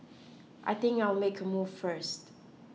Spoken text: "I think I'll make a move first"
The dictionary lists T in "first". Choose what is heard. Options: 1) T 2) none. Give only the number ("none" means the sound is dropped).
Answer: 1